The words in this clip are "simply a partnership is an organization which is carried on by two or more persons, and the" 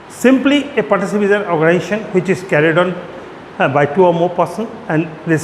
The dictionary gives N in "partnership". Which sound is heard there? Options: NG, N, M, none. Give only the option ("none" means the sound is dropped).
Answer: none